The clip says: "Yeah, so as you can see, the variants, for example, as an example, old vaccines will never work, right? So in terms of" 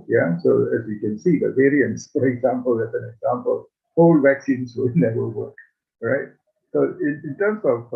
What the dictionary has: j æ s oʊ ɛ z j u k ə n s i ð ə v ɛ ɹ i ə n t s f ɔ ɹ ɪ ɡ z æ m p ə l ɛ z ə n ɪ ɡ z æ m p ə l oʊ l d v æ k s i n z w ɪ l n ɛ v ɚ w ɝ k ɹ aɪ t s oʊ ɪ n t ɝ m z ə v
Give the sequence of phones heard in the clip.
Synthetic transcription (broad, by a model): j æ s oʊ ɛ z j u k ə n s i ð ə v ɛ ɹ i ə n t s f ɔ ɹ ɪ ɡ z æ m p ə l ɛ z ə n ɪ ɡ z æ m p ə l oʊ l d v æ k s i n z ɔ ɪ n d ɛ ɚ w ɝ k ɹ aɪ t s oʊ ɪ n t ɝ m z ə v